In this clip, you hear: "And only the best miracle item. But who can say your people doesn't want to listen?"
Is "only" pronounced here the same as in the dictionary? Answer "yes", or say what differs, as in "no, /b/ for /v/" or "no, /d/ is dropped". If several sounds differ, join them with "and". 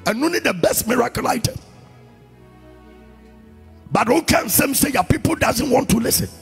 no, /l/ is dropped